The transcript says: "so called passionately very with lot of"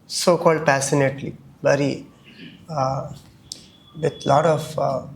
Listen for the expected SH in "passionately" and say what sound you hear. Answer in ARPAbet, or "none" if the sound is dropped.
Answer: S